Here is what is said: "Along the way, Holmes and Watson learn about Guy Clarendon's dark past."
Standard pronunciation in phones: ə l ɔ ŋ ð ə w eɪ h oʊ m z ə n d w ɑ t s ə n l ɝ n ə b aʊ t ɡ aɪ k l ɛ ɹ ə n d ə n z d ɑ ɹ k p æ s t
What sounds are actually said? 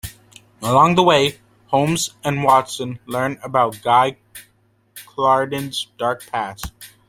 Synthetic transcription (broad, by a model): ə l ɔ ŋ ð ə w eɪ h oʊ m z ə n w ɑ t s ə n l ɝ n ə b aʊ t ɡ aɪ k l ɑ ɹ d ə n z d ɑ ɹ k p æ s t